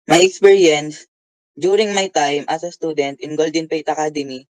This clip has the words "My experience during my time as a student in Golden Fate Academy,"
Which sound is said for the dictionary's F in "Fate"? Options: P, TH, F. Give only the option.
P